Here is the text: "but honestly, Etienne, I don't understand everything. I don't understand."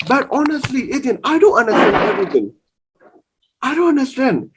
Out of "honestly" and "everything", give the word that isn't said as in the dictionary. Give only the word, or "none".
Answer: everything